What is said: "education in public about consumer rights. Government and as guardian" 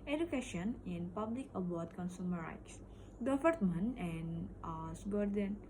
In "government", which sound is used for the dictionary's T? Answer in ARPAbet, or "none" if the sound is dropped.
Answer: none